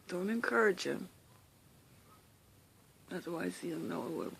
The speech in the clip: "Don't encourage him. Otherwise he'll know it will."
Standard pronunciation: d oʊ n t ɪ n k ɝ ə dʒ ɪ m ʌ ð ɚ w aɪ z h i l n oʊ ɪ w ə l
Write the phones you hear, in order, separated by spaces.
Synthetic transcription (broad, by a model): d oʊ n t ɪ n k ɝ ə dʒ ɪ m ʌ ð ɚ w aɪ z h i n n oʊ ɪ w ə